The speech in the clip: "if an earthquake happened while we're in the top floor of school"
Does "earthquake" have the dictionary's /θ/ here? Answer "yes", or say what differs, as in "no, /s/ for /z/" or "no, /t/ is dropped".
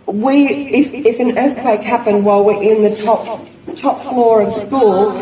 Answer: yes